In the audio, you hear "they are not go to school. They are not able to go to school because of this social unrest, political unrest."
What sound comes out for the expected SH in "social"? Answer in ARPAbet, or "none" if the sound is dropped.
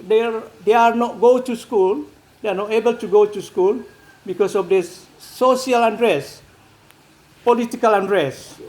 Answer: none